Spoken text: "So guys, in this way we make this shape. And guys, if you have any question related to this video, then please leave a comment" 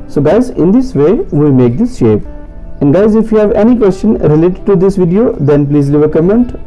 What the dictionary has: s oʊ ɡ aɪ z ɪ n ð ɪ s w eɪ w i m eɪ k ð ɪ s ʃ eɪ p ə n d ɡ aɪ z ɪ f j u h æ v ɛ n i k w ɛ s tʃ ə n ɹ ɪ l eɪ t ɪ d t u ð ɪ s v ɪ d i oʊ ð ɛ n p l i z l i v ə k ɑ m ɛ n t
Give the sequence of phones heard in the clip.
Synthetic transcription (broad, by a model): s oʊ ɡ aɪ z ɪ n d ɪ s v eɪ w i m eɪ k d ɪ s ʃ eɪ p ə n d ɡ aɪ z ɪ f j u h æ v ɛ n i k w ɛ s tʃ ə n ɹ ɪ l eɪ t ɪ d t u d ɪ s v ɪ d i oʊ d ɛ n p l i z l i v ə k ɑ m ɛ n t